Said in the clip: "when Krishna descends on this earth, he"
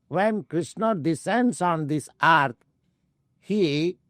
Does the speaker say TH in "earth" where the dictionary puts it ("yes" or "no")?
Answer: no